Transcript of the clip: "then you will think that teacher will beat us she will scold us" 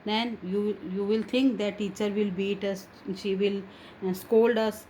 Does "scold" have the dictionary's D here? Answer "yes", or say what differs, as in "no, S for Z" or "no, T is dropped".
yes